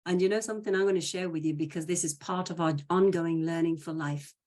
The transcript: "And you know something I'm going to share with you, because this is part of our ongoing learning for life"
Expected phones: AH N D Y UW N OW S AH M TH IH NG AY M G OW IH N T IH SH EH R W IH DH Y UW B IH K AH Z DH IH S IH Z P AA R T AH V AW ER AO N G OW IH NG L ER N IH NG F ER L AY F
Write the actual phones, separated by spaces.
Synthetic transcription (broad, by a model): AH N Y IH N OW S AH M TH IH NG AY M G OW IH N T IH SH EH R W IH DH Y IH B IH K AH Z DH IH S IH Z P AA R T AH V AW ER AO N G OW IH NG L ER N IH NG F ER L AY F